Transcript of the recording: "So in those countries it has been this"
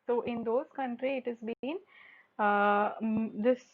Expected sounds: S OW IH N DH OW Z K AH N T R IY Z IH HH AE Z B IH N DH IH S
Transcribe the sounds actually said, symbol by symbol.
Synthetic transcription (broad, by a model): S OW IH N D OW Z K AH N T R IY IH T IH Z B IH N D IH S